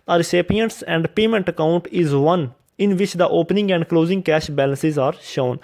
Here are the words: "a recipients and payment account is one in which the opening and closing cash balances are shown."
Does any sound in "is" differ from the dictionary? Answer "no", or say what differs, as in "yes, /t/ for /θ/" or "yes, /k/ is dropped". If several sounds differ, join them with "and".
no